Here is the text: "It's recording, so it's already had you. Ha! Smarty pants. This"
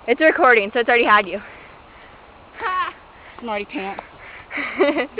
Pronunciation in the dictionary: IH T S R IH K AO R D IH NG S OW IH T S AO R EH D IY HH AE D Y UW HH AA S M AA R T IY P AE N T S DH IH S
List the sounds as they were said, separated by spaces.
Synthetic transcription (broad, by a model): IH T S R IH K AO R D IH NG S OW IH T S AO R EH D IY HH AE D Y UW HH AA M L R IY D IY T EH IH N